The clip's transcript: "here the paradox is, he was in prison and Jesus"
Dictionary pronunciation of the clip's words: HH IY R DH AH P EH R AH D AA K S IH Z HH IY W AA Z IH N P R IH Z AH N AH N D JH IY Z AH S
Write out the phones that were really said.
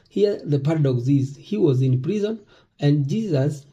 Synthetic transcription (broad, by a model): HH IY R DH AH P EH R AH D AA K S IH Z HH IY W AA Z IH N P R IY Z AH N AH N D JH IY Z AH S